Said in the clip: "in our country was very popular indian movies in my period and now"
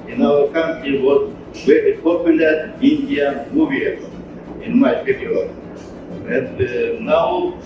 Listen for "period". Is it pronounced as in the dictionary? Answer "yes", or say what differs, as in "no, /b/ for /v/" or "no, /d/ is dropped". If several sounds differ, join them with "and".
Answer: no, /d/ is dropped